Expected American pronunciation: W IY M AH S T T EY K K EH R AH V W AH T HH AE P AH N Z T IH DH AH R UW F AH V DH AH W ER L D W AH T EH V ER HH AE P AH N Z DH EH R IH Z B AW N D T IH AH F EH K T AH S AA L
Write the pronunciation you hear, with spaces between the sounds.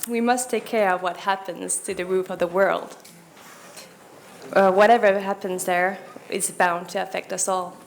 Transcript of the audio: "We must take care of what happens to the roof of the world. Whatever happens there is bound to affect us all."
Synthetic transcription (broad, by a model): W IY M AH S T T EY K K EH R AH V W AH T HH AE P AH N Z T IH DH AH R UW F AH V DH AH W ER L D W AH T EH V ER HH AE P AH N Z DH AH R IH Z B AW N T IH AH F EH K T AH S AA L